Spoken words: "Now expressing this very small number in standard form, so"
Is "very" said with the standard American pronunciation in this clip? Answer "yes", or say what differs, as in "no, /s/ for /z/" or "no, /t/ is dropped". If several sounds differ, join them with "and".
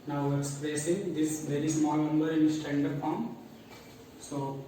yes